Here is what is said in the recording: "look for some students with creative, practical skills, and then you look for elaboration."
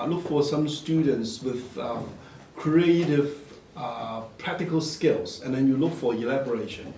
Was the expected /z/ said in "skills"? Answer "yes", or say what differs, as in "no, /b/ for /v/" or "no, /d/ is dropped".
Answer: no, /s/ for /z/